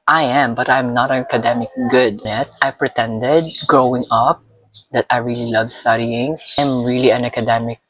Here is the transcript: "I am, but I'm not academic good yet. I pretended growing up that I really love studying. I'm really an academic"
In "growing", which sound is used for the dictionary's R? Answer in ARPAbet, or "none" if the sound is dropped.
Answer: R